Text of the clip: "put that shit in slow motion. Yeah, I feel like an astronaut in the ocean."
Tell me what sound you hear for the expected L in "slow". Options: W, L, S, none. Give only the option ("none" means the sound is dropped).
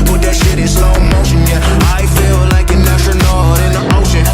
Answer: none